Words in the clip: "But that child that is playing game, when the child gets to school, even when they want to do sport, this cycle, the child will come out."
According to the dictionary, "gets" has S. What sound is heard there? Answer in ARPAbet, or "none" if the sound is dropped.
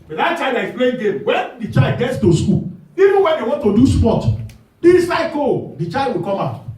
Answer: S